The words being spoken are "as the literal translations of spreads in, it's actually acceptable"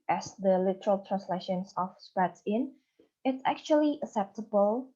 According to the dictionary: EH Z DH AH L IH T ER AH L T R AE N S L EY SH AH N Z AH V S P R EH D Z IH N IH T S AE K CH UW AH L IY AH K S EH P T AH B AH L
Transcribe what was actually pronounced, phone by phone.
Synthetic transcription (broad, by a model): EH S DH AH L IH T ER AH L T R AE N S L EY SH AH N S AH F S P EH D IH N IH T S AE K CH UW AH L IY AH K S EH P T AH B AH L